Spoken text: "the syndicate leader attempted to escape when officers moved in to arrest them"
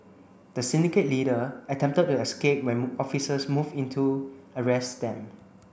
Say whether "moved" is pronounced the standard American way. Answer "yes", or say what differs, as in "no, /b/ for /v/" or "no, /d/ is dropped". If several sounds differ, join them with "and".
no, /d/ is dropped